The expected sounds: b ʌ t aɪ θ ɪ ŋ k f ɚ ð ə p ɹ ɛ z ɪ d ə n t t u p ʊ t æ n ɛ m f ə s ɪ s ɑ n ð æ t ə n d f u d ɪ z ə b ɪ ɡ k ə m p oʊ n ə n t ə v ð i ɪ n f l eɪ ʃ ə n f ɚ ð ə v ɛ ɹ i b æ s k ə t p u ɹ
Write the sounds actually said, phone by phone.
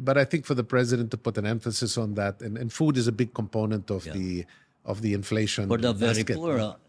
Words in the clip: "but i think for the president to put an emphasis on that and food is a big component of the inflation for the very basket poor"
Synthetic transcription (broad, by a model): b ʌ t aɪ θ ɪ ŋ k f ɚ ð ə p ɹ ɛ z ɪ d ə n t t u p ʊ t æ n ɛ m f ə s ɪ s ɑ n ð æ t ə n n f u d ɪ z ə b ɪ ɡ k ə m p oʊ n ə n t ə v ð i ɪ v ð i ə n f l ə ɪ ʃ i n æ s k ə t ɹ